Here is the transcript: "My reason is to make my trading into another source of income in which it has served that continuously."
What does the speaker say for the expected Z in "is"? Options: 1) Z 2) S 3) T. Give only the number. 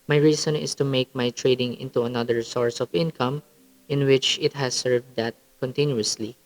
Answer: 2